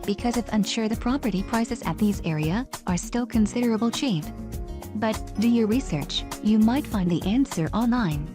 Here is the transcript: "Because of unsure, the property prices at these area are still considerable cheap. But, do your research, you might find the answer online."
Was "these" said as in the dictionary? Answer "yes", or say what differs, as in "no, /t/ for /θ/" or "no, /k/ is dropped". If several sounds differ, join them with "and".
yes